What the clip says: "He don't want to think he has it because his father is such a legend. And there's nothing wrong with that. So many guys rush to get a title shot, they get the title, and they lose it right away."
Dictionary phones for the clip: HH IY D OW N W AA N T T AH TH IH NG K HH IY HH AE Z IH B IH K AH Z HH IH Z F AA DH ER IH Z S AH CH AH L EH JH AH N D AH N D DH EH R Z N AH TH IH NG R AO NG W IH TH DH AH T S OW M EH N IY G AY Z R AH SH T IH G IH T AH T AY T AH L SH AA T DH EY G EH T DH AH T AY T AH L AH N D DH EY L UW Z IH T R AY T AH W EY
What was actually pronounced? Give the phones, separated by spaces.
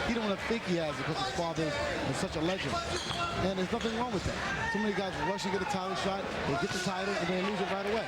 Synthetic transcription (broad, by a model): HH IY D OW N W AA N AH TH IH NG K HH IY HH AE Z B IH K AH Z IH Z F AA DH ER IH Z S AH CH AH L EH JH AH N D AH N DH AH R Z N AH TH IH NG R AO NG W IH DH AH T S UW M EH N IY G AY Z R AH SH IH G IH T AH T AY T L SH AA T DH EY G EH T DH AH T AY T L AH N DH EY L UW Z IH T R AY T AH W EY